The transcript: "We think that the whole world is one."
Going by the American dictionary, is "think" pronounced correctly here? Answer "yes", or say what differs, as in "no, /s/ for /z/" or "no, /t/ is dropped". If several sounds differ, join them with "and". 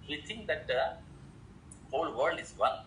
no, /t/ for /θ/